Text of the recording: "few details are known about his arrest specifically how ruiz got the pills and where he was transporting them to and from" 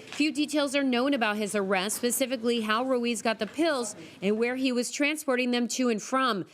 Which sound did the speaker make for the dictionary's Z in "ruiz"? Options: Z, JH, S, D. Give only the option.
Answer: Z